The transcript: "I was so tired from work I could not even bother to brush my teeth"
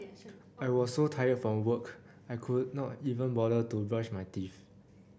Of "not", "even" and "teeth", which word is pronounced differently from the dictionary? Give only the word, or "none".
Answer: teeth